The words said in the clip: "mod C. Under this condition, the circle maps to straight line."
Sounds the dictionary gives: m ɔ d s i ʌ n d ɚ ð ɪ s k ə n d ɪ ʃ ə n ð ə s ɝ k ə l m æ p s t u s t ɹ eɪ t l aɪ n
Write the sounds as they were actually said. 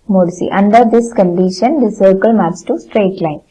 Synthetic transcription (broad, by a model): m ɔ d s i ʌ n d ɚ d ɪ s k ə n d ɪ ʃ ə n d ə s ɝ k ə l m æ s t u s t ɹ eɪ t l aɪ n